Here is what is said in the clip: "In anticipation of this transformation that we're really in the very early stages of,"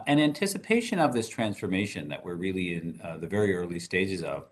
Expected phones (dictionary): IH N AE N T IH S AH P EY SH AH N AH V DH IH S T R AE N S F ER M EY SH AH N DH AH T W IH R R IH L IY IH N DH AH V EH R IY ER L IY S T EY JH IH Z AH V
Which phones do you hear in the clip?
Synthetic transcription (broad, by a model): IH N AE N T IH S AH P EY SH AH N AH V DH IH S T R AE N S F ER M EY SH AH N DH AH T W IH R R IH L IY IH N DH AH V EH R IY ER L IY S T EY JH IH Z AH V